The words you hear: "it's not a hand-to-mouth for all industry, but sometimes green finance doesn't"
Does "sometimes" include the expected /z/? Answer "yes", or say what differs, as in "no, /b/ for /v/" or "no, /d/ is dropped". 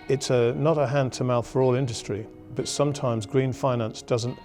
yes